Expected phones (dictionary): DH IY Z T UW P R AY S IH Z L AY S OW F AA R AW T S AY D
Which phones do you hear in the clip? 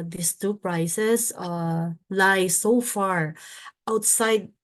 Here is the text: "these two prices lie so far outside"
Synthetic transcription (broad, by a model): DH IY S T UW P R AY S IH S L AY S OW F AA R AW T S AY D